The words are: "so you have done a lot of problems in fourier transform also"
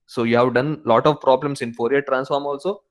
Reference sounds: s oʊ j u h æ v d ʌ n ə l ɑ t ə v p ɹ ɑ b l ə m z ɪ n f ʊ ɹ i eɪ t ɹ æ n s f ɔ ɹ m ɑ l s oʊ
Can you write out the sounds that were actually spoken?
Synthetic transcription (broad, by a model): s oʊ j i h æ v d ʌ n l ɑ t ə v p ɹ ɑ b l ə m s ɪ n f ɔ ɹ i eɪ t ɹ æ n s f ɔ ɹ m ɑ l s oʊ